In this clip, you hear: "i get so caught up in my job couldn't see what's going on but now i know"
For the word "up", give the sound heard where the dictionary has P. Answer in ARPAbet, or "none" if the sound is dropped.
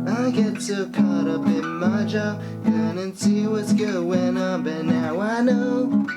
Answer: B